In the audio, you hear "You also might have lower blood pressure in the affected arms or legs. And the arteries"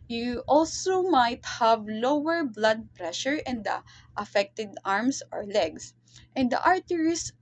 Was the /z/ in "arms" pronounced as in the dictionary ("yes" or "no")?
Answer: no